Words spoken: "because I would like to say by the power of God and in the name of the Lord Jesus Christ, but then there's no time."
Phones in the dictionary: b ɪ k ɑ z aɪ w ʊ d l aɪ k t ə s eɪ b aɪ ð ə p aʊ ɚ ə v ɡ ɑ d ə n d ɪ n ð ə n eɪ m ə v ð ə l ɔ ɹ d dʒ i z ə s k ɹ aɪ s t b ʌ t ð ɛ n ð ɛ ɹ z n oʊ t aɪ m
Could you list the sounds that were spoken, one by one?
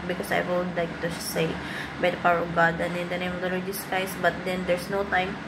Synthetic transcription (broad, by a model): b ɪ k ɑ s aɪ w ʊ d l aɪ k t ə s eɪ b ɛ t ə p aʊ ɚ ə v ɡ ɑ d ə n ɪ n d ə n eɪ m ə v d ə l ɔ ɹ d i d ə s k aɪ s b ʌ t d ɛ n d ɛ ɹ s n oʊ t aɪ m